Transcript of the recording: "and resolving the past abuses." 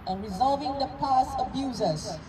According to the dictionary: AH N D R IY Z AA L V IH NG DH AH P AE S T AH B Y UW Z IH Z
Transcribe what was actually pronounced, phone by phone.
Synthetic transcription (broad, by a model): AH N R IY Z AA L V IH NG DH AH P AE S AH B Y UW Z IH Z